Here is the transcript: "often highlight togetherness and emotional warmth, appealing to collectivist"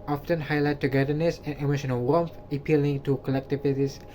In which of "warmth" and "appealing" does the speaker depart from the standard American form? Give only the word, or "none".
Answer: warmth